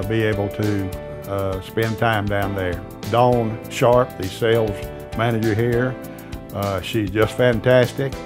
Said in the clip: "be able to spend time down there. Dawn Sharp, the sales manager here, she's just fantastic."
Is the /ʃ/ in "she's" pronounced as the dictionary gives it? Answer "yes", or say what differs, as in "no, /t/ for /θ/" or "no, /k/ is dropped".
yes